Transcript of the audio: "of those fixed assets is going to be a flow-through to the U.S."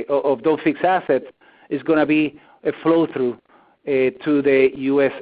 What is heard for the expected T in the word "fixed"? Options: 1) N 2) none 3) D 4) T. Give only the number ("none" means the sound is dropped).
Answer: 2